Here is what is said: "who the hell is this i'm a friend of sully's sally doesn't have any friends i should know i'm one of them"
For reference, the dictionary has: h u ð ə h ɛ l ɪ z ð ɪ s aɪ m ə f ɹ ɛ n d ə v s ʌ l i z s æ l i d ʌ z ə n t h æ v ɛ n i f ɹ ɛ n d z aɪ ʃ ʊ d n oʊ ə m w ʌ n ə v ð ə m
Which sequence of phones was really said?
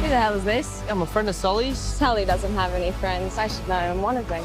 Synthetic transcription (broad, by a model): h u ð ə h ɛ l ɪ z ð ɪ s aɪ m ə f ɹ ɛ n d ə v s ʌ l i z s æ l i d ʌ z ə n t h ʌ v ɛ n i f ɹ ɛ n d z aɪ ʃ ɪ d n oʊ ə m w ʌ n ə v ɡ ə